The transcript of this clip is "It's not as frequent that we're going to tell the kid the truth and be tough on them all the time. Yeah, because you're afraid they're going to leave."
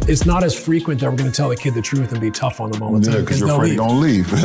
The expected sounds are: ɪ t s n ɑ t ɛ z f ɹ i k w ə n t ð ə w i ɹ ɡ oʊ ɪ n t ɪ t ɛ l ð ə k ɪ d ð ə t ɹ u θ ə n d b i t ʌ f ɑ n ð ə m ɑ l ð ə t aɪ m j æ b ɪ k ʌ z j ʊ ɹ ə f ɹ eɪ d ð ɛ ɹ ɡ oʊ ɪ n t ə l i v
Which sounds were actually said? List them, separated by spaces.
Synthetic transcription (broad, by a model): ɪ t s n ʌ t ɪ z f ɹ i k w ə n t ð ə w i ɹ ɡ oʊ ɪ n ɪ t ɛ l ð ə k ɪ d ð ə t ɹ u θ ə n b i t ʌ f n ð ə m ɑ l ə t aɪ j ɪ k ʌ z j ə ɹ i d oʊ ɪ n l i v